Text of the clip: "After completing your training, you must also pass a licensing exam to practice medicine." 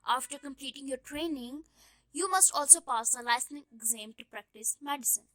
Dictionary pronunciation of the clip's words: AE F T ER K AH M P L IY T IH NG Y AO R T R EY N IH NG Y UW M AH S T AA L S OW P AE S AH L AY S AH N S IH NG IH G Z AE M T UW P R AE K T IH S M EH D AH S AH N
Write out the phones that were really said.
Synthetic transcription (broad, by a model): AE F T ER K AH M P L IY T IH NG Y AO R T R EY N IH NG Y UW M AH S T AA L S OW P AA S AH L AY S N IH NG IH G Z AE M T UW P R AE K T IH S M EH D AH S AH N